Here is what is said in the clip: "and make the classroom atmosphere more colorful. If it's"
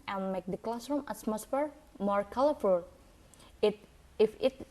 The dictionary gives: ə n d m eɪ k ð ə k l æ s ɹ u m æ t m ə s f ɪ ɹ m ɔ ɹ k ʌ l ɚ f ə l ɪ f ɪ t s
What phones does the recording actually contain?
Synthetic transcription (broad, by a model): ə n m eɪ k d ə k l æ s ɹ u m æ s m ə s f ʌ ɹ m ɔ ɹ k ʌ l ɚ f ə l ɪ f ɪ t